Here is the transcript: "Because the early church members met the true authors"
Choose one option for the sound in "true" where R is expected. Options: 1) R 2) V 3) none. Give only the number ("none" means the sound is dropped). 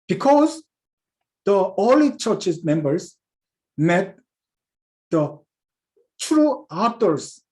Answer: 1